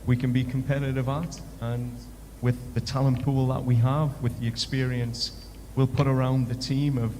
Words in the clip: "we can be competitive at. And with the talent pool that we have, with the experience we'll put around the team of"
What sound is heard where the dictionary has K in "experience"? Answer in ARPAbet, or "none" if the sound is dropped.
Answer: K